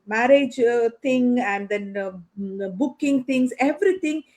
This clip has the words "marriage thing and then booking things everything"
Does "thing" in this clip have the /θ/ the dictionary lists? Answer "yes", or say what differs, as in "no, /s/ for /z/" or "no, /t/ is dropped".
no, /t/ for /θ/